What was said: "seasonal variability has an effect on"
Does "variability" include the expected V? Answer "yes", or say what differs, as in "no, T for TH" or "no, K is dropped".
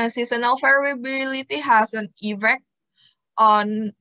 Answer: no, F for V